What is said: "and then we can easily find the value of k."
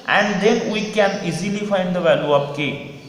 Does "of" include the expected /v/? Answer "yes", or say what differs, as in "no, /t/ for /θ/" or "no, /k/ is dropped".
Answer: no, /p/ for /v/